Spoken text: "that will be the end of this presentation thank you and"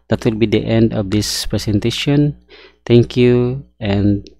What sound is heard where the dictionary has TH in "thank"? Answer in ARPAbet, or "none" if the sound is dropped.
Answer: T